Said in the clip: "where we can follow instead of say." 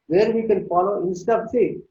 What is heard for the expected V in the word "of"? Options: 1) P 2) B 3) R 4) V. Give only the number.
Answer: 2